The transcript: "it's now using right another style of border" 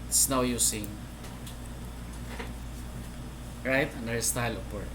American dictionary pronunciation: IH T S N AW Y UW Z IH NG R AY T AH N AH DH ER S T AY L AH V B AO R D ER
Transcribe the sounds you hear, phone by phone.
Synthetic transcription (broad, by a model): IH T S N AW Y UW S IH NG R AY T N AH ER S T AY L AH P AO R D